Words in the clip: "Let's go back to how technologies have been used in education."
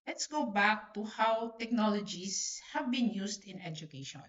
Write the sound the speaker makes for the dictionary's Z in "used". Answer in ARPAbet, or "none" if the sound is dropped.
S